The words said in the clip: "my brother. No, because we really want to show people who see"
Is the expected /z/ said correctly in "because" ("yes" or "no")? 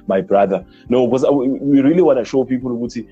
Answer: no